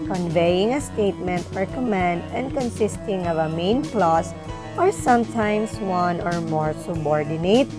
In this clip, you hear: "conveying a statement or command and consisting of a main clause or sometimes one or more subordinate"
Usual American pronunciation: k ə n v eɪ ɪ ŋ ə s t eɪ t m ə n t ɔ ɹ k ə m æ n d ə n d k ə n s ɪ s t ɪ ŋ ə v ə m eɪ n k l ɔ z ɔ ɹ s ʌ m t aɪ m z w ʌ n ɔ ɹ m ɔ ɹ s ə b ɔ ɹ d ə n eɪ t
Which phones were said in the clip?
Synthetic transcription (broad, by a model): k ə n v eɪ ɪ ŋ ə s t eɪ t m ə n t ɔ ɹ k ə m æ n d ə n d k ə n s ɪ s t ɪ ŋ ə v ə m eɪ n k l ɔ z ɔ ɹ s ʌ m t aɪ m s w ʌ n ɔ ɹ m ɔ ɹ s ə b ɔ ɹ d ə n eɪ t